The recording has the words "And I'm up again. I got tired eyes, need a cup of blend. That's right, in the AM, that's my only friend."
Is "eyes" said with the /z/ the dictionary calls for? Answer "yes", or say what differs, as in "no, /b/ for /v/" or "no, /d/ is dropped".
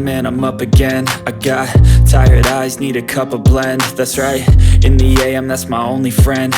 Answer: yes